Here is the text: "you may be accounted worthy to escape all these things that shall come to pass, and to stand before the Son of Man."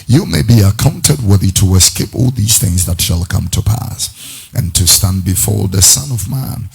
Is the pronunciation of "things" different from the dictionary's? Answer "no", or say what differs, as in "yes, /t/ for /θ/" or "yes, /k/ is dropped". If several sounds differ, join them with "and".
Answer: no